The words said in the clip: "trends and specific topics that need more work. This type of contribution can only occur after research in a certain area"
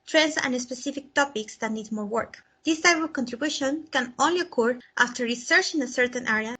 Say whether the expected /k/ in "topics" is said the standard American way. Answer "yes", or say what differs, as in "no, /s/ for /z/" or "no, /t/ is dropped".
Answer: yes